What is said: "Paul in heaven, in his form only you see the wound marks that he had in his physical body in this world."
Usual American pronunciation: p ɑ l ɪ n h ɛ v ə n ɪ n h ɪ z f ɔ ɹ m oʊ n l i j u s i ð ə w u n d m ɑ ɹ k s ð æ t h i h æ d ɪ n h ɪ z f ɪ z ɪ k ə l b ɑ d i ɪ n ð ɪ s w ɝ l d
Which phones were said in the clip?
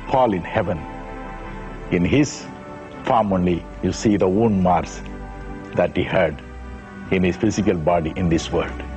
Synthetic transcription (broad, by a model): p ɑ l ɪ n h ɛ v ə n ɪ n h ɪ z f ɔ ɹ m oʊ n l i j u s i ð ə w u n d m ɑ ɹ s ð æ t h i h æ d ɪ n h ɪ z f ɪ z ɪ k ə l b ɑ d i ɪ n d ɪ s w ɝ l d